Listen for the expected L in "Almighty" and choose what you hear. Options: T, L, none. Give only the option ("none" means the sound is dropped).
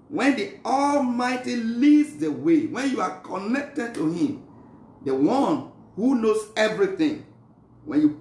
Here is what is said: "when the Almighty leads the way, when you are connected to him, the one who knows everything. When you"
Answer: L